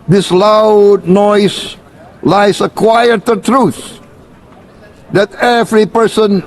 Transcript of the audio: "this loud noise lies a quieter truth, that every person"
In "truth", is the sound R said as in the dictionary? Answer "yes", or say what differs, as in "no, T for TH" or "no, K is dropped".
yes